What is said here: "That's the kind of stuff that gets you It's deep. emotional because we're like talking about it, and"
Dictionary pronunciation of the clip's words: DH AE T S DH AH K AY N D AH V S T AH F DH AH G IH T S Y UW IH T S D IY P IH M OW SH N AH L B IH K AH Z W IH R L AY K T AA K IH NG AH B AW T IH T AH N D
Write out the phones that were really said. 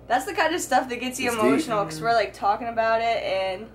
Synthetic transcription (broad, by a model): DH AE T S DH AH K AY N D AH V S T AH F DH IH T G IH T S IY IH M OW SH N L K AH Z W IH R L AY K T AA K IH NG AH B AW T IH T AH N